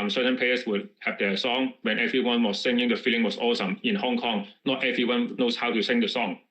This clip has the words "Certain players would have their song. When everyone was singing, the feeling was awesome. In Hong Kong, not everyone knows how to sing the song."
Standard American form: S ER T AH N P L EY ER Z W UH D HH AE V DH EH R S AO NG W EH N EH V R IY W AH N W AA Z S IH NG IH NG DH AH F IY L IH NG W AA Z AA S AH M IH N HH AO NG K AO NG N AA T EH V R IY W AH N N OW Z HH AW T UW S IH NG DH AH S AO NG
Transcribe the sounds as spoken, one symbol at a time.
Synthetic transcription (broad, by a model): S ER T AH N P EY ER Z W UH D HH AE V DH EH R S AO NG W EH N EH V R IY W AH N W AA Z S IH NG IH NG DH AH F IY L IH NG W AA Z AA S AH M IH N HH AO NG K AO NG N AA T EH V R IY W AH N N OW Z HH AW T UW S IH NG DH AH S AO NG